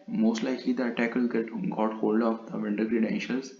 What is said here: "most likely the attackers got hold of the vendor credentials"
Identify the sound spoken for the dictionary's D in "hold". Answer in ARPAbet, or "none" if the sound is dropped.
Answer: D